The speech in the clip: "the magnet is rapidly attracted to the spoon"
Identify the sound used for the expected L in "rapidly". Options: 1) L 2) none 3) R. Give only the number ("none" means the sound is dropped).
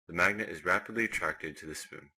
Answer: 1